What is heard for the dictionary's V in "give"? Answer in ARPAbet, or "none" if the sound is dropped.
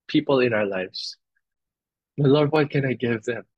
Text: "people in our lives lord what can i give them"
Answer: V